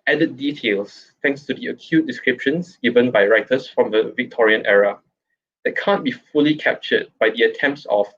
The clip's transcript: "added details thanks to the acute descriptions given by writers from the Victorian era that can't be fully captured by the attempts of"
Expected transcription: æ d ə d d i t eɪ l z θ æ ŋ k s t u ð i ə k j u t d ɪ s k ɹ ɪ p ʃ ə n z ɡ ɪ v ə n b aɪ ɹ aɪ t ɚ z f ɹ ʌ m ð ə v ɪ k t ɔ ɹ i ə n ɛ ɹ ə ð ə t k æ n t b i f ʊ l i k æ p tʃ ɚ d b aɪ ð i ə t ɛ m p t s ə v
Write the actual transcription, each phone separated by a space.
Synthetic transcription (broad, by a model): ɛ d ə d d i t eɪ l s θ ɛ ŋ k s t u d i ə k j u t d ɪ s k ɹ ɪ p ʃ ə n s ɡ ɪ v ə n b aɪ ɹ aɪ t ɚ s f ɹ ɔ m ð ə v ɪ k t ɔ ɹ i ə n ɛ ɹ ə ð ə t k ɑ n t b i f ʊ l i k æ p tʃ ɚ d b aɪ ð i ə t ɛ m p t s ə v